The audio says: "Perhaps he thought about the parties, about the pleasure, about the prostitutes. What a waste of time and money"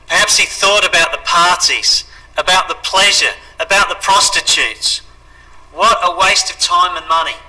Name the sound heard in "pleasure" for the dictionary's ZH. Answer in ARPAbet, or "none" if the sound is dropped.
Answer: ZH